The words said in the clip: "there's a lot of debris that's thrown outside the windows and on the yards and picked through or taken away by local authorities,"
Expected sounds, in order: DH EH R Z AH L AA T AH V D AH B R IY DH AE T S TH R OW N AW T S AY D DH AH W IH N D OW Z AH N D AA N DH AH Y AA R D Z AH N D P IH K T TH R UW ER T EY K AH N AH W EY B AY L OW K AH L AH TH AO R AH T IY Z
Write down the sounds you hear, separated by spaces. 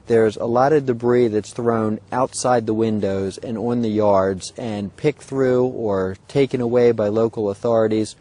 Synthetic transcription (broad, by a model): DH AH R Z AH L AA T AH V D AH B R IY DH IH T S TH R OW N AW T S AY D DH AH W IH N D OW Z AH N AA N DH AH Y AA R D Z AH N P IH K TH R UW ER T EY K AH N AH W EY B AY L OW K L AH TH AO R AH T IY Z